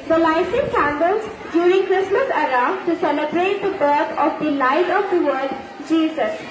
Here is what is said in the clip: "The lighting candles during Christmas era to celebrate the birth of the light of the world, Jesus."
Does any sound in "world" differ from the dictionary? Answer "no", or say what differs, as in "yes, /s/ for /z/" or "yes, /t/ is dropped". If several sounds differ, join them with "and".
yes, /l/ is dropped